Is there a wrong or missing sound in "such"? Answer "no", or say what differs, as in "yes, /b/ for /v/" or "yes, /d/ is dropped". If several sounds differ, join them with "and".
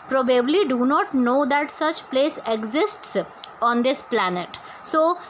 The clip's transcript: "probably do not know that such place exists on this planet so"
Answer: no